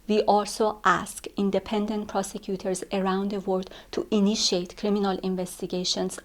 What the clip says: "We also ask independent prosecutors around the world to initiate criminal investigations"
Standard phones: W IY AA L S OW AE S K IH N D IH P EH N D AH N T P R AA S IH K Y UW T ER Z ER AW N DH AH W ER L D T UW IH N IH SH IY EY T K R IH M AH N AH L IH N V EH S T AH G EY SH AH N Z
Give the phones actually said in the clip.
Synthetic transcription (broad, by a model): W IY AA L S OW AE S K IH N D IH P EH N D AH N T P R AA S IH K Y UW T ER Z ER AW N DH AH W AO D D T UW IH N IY SH IY EY T K R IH M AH N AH L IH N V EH S T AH G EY SH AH N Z